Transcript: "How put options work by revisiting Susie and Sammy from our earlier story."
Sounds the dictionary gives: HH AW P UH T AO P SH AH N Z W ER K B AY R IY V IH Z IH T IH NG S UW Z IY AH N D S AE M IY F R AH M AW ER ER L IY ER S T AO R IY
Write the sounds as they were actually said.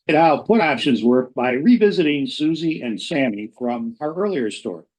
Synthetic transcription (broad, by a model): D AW P UH T AO P SH AH N Z W ER K B AY R IY V IH Z IH T IH NG S UW Z IY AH N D S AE M IY F R AH M AW ER ER L IY ER S T AO R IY